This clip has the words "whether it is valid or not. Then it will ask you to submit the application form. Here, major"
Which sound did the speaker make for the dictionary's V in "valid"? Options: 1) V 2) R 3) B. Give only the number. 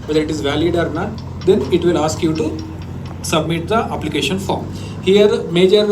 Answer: 1